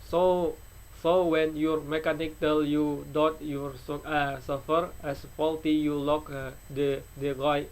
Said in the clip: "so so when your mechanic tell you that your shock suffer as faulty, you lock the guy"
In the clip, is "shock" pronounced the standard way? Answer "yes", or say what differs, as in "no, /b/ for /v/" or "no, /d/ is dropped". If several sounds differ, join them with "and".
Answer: no, /s/ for /ʃ/